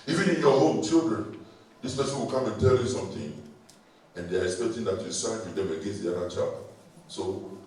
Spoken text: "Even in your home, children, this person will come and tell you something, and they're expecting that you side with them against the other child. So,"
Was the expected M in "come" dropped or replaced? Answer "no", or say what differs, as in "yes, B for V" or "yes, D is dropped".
yes, M is dropped